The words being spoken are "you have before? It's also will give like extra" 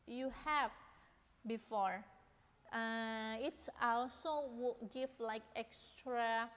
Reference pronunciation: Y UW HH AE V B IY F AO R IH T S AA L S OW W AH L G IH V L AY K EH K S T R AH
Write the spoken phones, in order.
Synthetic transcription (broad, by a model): Y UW HH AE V B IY F AO R IH T S AA L S OW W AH G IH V L AY K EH K S T R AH